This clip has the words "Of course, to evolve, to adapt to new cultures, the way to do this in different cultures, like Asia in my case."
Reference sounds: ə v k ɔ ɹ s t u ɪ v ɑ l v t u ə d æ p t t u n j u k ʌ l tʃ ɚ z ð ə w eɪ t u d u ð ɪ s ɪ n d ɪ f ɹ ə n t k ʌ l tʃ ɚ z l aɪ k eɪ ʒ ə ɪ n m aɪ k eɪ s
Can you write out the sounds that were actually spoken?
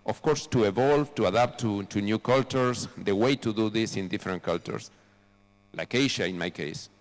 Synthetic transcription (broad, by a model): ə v k ɔ ɹ s t u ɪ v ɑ l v t u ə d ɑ p t t u n j u k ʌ l tʃ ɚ s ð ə w eɪ t u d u ð ɪ s ɪ n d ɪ f ɹ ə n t k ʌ l tʃ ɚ s l aɪ k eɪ ʃ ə ɪ n m aɪ k eɪ s